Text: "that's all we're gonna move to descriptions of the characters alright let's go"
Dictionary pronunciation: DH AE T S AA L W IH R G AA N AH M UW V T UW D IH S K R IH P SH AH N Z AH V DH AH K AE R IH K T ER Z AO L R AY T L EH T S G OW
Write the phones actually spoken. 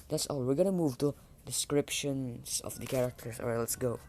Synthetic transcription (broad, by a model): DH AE T S AA L W IH R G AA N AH M UW V T UW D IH S K R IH P SH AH N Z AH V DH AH K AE R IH K T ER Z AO R L EH T S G OW